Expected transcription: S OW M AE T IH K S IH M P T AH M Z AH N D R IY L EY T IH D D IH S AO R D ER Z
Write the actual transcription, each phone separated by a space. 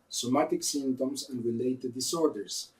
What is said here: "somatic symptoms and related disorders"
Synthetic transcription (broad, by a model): S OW M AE T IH K S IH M T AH M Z AH N D R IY L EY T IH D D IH S AO R D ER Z